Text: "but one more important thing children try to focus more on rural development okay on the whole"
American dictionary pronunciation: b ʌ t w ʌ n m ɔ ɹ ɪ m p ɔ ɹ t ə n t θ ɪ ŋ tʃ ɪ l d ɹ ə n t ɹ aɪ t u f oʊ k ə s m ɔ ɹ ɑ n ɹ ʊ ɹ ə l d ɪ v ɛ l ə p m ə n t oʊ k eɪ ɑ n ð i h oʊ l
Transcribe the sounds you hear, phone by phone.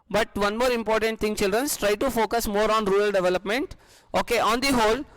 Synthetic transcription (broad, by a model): b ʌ t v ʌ n m ɔ ɹ ɪ m p ɔ ɹ t ə n t t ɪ ŋ tʃ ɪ l d ɹ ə n t ɹ aɪ t u f oʊ k ə s m ɔ ɹ ɑ n ɹ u ɹ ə l d ɪ v ɛ l ə p m ə n t oʊ k eɪ ɑ n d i h oʊ l